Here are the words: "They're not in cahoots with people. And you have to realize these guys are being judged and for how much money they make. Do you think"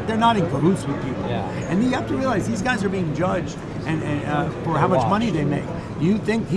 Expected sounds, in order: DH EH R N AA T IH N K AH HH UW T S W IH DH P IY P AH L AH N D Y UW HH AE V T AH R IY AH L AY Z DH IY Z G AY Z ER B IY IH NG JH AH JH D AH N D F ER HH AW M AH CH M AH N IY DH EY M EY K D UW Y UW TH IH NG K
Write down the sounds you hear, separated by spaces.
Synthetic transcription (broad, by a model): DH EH R N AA T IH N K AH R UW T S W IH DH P IY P L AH N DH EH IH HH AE F T AH R IY AH L AY Z DH IY Z G AY Z ER B IY IH NG JH AH JH D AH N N F ER HH AW M AH CH M AH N IY DH EY M EY K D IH Y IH TH IH NG K